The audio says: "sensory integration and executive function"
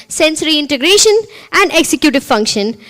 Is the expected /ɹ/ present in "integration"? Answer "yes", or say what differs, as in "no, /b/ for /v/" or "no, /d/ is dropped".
yes